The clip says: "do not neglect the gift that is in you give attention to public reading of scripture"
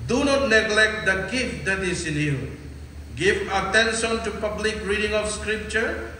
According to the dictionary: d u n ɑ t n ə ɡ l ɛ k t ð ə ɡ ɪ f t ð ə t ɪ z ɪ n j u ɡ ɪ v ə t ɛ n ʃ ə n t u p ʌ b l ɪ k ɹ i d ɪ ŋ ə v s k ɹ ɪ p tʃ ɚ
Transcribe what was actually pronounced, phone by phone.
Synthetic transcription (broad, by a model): d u n ɑ t n ə ɡ l ɛ k t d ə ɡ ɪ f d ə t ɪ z ɪ n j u ɡ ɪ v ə t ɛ n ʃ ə n t u p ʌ b l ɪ k ɹ i d ɪ ŋ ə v s k ɹ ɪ p tʃ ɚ